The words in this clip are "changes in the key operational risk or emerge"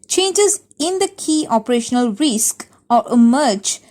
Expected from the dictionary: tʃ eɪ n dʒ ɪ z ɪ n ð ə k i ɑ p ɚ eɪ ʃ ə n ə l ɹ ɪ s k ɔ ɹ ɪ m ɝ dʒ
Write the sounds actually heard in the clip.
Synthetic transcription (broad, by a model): tʃ eɪ n dʒ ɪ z ɪ n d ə k i ɑ p ɚ eɪ ʃ ə n ə l ɹ ɪ s k ɔ ɹ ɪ m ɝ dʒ